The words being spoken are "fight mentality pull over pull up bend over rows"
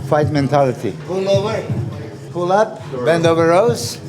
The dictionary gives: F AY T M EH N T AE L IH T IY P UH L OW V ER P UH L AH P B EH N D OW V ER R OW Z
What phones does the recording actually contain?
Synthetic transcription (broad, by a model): F AY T M EH N T AE L IH T IY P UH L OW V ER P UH L AH P B EH N D OW V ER R OW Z